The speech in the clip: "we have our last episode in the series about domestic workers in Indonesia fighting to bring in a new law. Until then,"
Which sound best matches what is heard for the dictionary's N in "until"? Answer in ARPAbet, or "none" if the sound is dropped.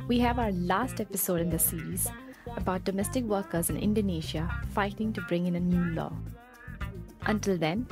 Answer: N